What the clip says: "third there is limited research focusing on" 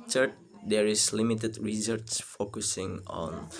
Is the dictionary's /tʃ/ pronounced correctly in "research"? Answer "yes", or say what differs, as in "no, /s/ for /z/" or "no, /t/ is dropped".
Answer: no, /s/ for /tʃ/